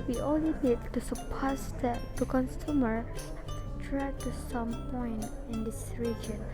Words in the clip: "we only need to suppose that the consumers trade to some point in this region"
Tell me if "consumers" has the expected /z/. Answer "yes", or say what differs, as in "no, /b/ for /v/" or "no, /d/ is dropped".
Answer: no, /z/ is dropped